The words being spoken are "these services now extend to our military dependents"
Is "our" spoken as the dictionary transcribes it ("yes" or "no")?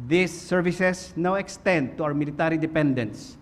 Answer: no